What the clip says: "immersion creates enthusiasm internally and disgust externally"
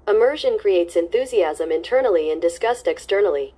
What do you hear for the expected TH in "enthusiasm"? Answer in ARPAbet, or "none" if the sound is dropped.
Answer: TH